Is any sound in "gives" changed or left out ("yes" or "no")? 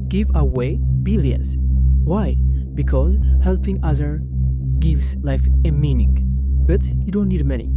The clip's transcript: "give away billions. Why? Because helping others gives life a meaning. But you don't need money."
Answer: no